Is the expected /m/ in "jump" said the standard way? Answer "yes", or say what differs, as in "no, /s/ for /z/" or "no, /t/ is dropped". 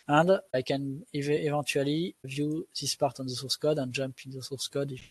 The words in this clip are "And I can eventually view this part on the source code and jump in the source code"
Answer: yes